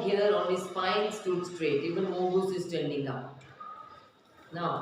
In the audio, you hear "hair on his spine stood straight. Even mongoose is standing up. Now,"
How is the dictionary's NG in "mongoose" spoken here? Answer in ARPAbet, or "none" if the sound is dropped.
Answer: none